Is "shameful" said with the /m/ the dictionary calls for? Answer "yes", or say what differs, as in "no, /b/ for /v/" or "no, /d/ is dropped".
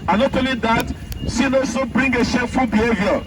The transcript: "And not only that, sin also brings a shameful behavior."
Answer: no, /m/ is dropped